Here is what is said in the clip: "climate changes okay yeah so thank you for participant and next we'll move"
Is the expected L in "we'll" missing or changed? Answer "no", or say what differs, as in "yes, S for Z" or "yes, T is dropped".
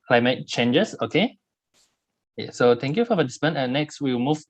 yes, W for L